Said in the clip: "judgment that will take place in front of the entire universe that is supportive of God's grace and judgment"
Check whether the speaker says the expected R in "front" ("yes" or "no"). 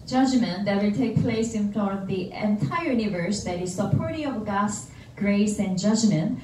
no